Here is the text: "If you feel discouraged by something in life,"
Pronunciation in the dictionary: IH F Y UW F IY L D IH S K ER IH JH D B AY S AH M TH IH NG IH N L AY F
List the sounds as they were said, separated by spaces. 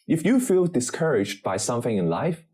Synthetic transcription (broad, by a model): IH F Y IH F IY L D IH S K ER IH JH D B AY S AH M TH IH NG IH N L AY F